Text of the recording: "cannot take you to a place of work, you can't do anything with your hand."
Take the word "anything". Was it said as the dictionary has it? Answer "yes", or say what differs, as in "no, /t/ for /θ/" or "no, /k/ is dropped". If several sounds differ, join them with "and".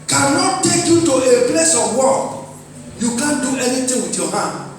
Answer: no, /t/ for /θ/